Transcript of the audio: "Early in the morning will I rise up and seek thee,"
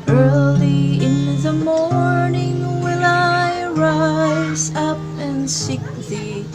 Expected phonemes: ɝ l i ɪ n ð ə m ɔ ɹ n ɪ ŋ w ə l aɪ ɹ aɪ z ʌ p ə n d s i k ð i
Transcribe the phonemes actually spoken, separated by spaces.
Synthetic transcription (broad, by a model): ɝ l i ɪ n ð ə m ɔ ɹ n ɪ ŋ w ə n aɪ ɹ aɪ z ʌ p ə n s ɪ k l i